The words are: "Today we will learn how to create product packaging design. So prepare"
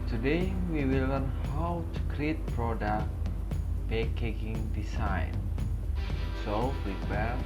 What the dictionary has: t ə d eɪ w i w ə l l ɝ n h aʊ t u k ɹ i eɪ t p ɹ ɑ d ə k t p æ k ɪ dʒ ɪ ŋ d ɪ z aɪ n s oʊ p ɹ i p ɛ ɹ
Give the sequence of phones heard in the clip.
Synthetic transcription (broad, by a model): t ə d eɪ w i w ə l l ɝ n h aʊ t u k ɹ i eɪ t p ɹ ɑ d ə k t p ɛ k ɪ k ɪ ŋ d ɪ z aɪ n s oʊ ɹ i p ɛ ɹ